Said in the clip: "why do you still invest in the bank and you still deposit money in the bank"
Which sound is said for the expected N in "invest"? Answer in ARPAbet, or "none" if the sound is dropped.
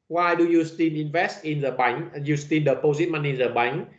N